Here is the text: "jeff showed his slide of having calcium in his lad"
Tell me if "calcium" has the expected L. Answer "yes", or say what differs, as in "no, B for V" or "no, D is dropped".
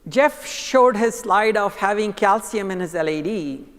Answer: yes